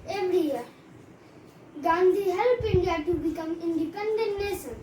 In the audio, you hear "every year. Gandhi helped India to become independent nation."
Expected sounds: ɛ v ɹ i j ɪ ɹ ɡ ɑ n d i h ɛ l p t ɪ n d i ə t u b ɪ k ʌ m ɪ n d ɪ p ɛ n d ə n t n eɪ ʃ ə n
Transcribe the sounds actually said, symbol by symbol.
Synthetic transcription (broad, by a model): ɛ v ɹ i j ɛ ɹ ɡ ɑ n d i h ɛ l p ɪ n d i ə t u b ɪ k ʌ m ɪ n d ɪ p ɛ n d ə n t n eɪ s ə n